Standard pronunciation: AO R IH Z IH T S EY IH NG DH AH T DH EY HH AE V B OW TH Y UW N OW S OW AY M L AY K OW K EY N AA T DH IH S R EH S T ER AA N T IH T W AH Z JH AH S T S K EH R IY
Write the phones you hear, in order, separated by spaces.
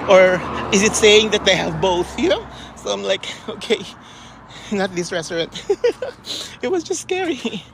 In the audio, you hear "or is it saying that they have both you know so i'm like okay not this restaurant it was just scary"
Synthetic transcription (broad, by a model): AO R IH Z IH T S EY IH NG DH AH T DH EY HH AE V B OW TH Y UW N OW S OW AY M L AY K OW K EY N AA T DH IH S R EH S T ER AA N T IH T W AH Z JH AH S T S K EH R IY